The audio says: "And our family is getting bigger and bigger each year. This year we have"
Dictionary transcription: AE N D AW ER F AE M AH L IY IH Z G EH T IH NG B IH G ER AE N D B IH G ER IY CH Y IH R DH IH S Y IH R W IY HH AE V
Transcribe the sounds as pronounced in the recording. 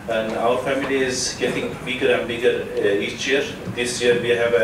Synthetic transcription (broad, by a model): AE N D AW ER F AE M AH L IY IH Z G EH T IH NG B IH G ER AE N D B IH G ER IY CH Y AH R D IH S Y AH R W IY HH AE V